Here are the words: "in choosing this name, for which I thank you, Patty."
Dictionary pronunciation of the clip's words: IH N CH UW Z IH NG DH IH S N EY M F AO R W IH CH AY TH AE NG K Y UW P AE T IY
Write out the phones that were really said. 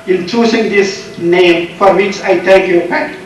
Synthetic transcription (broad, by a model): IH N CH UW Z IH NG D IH S N EY M F AO R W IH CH AY T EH K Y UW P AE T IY